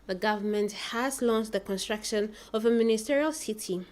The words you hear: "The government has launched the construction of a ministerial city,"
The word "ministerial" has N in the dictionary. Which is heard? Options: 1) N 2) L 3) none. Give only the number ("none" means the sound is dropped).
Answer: 1